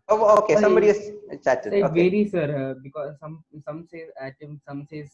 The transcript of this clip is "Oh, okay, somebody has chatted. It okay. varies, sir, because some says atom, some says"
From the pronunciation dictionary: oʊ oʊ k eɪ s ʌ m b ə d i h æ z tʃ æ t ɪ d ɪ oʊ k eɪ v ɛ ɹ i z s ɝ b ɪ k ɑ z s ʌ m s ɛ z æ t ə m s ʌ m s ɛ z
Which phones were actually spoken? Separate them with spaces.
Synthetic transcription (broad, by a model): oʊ oʊ k eɪ s ʌ m b ə d i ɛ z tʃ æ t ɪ ɪ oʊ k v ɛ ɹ i s ɝ b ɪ k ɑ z s ʌ m s ɛ z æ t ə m s ʌ m s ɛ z